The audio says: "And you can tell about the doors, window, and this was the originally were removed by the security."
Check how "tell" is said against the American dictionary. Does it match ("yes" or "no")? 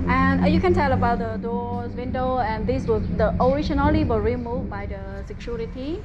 yes